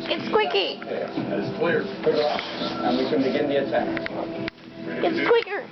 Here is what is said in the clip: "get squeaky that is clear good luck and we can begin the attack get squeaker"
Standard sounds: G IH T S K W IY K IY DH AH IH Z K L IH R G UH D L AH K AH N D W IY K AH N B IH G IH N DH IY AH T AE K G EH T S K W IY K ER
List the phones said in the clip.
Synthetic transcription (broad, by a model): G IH T S K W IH K IY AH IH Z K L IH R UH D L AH AH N W IY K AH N B IH G IH N DH IY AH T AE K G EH T S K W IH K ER